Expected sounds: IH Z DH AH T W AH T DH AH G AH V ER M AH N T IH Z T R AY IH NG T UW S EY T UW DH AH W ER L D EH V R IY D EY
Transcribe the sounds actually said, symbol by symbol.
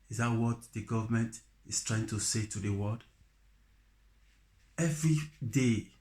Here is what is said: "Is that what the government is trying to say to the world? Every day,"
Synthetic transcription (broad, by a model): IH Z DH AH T W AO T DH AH G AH V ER M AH N T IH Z T R AY IH NG T UW S EY T UW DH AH W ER D EH V R IY D EY